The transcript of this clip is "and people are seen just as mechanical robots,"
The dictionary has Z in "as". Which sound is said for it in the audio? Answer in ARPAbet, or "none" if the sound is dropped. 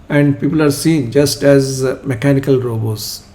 Z